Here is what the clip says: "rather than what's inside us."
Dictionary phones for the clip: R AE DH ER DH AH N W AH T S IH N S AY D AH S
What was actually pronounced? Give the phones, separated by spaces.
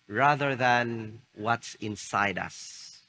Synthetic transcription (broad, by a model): R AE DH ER DH AH N W AH T S IH N S AY D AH S